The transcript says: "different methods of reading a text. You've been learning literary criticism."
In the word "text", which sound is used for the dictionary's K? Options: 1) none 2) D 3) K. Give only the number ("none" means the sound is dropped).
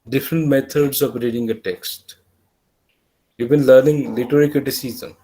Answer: 3